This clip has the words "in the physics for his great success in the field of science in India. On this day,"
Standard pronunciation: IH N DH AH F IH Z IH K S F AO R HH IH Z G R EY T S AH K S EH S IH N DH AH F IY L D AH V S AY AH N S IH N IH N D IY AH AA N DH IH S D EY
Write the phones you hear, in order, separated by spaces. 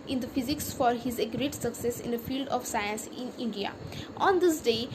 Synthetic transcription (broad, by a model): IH N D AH F IH Z IH K S F AO R HH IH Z G R EY T S AH K S EH S IH N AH F IY L D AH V S AY AH N S IH N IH N D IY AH AA N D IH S D EY